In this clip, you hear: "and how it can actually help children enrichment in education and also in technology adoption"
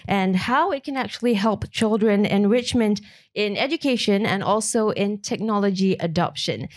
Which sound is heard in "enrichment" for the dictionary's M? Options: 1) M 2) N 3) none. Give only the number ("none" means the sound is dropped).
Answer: 1